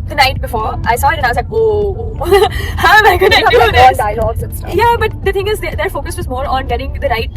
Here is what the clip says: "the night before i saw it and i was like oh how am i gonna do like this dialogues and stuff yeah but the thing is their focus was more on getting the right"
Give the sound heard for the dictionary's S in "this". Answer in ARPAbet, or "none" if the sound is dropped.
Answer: none